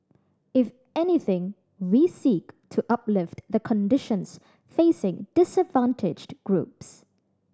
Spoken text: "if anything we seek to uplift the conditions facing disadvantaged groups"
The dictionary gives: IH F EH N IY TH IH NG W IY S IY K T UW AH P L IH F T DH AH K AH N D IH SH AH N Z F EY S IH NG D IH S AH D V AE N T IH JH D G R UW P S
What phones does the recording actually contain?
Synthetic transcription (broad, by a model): IH F EH N IY TH IH NG W IY S IY K T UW AH P L IH F T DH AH K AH N D IH SH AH N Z F EY S IH NG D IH S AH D V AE N T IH JH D G R UW P S